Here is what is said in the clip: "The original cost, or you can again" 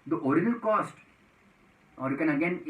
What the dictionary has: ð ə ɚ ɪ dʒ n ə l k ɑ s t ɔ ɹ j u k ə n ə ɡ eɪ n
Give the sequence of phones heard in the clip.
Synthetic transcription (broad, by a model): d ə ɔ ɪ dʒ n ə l k ɑ s t ɔ ɹ j u k ə n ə ɡ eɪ n